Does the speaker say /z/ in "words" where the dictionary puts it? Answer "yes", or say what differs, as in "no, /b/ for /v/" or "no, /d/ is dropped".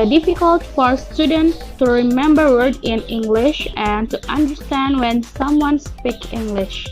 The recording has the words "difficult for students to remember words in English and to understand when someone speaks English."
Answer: no, /z/ is dropped